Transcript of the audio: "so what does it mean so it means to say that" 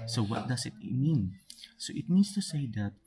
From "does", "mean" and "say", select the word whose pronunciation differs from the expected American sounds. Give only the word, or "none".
does